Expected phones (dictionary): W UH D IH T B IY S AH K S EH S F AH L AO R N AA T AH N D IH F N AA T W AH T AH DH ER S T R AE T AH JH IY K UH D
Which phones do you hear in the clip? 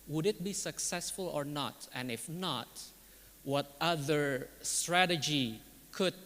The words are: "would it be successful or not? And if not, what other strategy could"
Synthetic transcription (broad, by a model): W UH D IH T B IY S AH K S EH S F AH L AO R N AA T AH N IH F N AA T W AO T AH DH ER S T R AE T AH JH IY K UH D